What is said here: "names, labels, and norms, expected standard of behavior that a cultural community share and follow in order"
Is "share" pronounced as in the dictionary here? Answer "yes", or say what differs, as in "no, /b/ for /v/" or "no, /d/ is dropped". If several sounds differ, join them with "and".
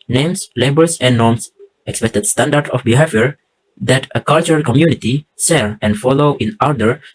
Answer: no, /s/ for /ʃ/